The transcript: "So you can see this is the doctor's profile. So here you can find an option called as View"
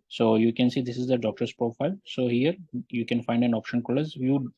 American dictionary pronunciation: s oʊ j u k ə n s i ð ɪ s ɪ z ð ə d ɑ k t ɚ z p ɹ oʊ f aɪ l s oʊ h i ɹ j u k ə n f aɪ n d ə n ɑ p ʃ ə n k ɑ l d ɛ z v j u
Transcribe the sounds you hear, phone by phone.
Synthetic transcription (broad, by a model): s oʊ j u k ə n s i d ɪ s ɪ z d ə d ɑ k t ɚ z p ɹ oʊ f aɪ l s oʊ h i ɹ j u k ə n f aɪ n d ə n ɑ p ʃ ə n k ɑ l ʌ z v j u